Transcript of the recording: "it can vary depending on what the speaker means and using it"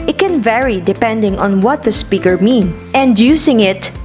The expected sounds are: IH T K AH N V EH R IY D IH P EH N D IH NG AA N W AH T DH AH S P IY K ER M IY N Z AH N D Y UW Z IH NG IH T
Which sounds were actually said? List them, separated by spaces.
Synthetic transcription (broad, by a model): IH T K AH N V EH R IY D IH P EH N D IH NG AA N W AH T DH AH S P IY K ER M IY N AH N D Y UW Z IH NG IH T